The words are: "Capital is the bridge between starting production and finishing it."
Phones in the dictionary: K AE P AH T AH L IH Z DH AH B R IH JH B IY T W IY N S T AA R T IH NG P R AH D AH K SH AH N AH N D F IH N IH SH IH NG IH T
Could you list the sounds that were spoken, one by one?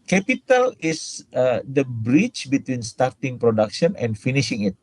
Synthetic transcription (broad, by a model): K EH P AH T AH L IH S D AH B R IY CH B IY T W IY N S T AA R T IH NG P R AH D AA K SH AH N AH N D F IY N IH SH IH NG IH T